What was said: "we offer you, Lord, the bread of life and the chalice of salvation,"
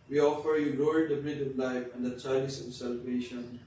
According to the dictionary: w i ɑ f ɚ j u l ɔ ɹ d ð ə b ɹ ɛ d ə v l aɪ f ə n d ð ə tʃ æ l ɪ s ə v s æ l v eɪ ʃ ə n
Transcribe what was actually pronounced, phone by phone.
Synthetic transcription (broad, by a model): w i ɑ f ɚ j u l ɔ l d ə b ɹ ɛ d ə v l aɪ f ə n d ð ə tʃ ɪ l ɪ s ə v s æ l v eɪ ʃ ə n